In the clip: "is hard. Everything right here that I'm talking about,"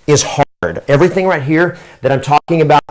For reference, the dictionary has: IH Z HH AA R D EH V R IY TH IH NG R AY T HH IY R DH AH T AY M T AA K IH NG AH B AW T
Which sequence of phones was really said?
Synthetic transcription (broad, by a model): IH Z HH AA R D EH V R IY TH IH NG R AY T HH IY R DH AH T AY M T AA K IH NG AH B AW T